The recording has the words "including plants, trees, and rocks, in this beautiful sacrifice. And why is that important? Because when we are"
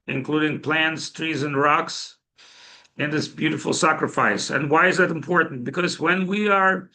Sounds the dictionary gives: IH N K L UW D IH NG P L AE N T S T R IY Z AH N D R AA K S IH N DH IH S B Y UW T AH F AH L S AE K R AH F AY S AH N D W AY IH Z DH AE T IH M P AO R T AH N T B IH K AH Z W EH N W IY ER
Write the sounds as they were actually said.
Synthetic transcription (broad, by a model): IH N K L UW D IH NG P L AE N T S T R IY Z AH N R AA K S IH N DH IH S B Y UW T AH F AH L S AE K R AH F AY S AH N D W AY IH Z DH AE T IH M P AO R T N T B IH K AH Z W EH N W IY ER